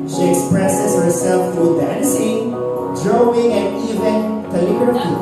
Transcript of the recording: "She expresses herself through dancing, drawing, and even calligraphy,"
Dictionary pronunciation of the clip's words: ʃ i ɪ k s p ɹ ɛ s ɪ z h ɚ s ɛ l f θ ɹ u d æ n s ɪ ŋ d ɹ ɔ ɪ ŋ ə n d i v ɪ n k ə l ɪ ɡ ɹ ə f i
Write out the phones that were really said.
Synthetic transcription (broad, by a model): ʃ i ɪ k s p ɹ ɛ s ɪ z h ɚ s ɛ l f t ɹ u d æ n s ɪ ŋ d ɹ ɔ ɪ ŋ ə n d i v ɪ n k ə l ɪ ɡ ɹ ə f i